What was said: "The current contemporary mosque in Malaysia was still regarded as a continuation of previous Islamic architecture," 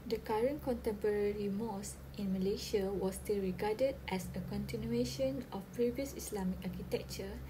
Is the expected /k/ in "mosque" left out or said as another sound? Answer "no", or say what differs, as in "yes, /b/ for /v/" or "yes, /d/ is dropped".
yes, /k/ is dropped